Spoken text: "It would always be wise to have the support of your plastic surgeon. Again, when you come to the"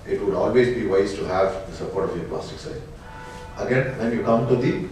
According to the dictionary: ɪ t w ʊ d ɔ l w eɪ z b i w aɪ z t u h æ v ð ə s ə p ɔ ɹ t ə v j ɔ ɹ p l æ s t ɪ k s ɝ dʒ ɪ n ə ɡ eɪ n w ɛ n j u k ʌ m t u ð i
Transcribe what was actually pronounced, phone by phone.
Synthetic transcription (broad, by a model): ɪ t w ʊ d ɔ l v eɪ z b i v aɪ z t u h æ v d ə s ə p ɔ ɹ t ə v j ɔ ɹ p l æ s t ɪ k s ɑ ɪ ə ɡ eɪ n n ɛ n j u k ʌ m t u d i